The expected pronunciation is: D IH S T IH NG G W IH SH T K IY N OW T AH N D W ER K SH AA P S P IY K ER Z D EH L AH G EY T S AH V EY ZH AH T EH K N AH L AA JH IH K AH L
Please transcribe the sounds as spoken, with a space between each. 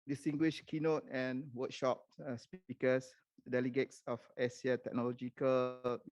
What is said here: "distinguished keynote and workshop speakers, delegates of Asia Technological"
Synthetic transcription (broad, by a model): D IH S T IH NG G W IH SH K IY N OW T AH N W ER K SH AA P S P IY K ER S D EH L AH G EY T S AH F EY S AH T EH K N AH L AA JH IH K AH L